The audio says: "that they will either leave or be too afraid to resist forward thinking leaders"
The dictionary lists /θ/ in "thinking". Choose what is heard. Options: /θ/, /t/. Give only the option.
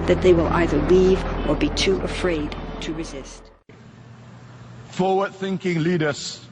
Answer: /θ/